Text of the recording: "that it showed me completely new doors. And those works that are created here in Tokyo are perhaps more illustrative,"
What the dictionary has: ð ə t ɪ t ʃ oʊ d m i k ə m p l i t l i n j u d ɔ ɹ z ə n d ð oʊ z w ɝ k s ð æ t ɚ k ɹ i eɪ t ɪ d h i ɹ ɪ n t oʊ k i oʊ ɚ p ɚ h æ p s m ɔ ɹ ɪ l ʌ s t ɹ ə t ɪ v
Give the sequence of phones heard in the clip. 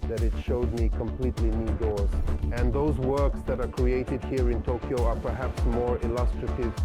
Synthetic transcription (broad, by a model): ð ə t ɪ t ʃ oʊ d m i k ə m p l i t l i n j u d ɔ ɹ z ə n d ð oʊ z w ɝ k s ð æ t ɚ k ɹ i eɪ t ɪ d h i ɹ ɪ n t oʊ k i oʊ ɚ p ɚ h æ p s m ɔ ɹ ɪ l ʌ s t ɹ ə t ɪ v